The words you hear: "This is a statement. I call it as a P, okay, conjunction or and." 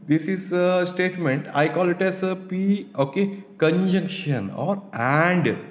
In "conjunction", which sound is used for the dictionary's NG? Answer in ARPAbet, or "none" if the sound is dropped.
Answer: NG